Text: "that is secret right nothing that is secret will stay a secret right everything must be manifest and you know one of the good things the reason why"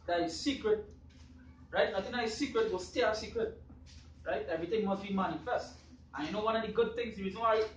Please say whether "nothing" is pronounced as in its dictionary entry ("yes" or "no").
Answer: no